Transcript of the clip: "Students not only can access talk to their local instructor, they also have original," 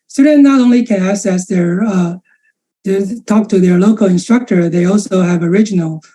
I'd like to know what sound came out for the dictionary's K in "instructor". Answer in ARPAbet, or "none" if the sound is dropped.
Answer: K